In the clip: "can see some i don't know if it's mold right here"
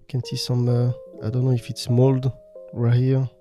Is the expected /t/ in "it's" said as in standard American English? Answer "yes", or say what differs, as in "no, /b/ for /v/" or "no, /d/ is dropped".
yes